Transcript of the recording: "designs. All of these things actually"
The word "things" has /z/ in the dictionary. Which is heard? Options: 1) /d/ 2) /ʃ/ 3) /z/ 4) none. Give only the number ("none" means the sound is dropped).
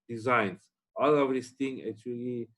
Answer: 4